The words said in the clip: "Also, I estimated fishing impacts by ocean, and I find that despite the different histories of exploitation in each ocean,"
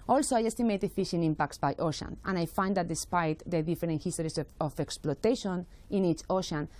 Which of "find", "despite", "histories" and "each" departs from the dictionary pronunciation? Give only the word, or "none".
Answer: histories